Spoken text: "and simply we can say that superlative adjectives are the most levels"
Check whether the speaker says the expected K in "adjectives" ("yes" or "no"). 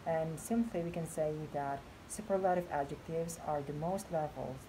yes